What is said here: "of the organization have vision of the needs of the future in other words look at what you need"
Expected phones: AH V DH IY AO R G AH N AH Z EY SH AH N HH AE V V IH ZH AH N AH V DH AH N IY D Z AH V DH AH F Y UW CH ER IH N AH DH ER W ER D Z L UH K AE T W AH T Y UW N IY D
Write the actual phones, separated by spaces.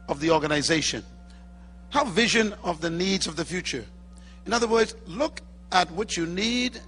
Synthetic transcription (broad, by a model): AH V DH IY AO R G AH N AH Z EY SH AH N HH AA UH V IH ZH AH N AH V DH AH N IY D Z AH V DH AH F Y UW CH ER IH N AH DH ER W ER D Z L UH K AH T W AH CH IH N IY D